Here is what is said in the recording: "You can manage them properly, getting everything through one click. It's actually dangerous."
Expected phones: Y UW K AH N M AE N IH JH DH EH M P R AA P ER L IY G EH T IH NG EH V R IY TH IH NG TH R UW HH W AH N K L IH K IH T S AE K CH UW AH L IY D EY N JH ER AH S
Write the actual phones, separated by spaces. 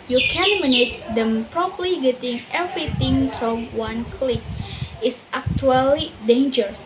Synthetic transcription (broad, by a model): Y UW K AH N M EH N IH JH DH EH M P R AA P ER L IY G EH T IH NG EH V R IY T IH NG F R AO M W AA N K L IH K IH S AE K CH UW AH L IY D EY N JH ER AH S